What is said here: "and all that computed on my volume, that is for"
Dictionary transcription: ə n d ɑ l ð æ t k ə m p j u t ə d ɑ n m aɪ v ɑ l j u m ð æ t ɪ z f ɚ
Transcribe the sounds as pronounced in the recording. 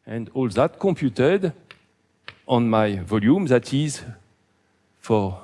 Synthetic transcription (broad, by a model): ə n d ɑ l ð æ t k ə m p j u t ə d ɑ n m aɪ v ɑ l j u m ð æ t ɪ z f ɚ